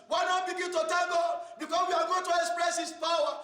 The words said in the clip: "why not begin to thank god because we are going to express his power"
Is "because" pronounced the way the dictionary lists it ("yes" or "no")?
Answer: no